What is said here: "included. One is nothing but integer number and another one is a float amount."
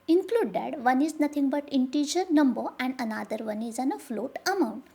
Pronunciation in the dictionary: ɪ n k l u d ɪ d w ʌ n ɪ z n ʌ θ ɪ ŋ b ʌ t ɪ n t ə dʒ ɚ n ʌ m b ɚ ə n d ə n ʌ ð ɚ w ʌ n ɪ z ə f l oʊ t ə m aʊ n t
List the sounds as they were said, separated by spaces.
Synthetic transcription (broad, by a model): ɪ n k l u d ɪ d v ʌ n ɪ z n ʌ t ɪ ŋ b ʌ t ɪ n t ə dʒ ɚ n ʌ m b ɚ ə n d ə n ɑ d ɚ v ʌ n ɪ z ə f l oʊ t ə m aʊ n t